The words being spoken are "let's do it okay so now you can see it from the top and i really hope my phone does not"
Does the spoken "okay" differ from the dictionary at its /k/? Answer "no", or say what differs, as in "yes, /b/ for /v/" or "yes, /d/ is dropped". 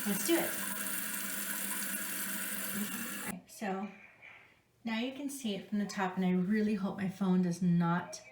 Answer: yes, /k/ is dropped